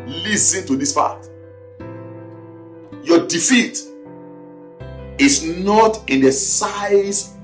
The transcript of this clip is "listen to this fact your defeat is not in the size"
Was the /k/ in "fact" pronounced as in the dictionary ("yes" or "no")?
no